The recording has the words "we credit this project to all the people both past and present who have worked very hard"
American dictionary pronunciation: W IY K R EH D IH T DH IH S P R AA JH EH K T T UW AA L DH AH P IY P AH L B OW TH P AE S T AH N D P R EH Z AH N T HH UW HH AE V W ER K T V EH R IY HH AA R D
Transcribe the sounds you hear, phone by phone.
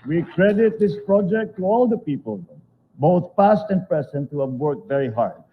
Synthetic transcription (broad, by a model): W IY K R EH D IH T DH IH S P R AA JH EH K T T UW AA L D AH P IY P AH L B OW T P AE S T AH N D P R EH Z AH N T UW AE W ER K V EH R IY HH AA R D